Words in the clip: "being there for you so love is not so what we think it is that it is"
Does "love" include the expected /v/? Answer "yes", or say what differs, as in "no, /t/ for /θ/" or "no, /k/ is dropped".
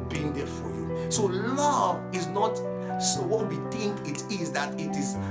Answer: yes